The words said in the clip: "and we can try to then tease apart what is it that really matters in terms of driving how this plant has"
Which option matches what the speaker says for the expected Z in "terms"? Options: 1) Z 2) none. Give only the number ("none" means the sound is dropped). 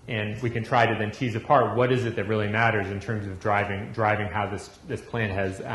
1